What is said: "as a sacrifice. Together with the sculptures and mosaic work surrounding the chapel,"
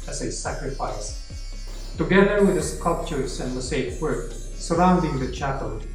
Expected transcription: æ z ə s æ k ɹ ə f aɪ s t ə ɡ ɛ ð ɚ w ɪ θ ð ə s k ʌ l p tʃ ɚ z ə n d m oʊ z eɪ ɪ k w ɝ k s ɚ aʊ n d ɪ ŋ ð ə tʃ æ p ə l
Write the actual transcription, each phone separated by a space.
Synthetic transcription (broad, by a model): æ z ə s æ k ɹ ə f aɪ s t ə ɡ ɛ ð ɚ w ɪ ð ə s k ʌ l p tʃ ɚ s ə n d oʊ s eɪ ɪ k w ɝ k s ɚ aʊ n d ɪ ŋ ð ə tʃ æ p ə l